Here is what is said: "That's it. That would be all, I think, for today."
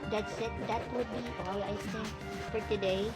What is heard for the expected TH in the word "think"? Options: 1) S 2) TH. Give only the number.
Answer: 1